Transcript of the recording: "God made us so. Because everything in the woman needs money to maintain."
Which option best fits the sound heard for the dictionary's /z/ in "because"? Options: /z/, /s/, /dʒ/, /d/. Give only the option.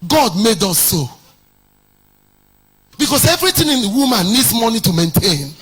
/s/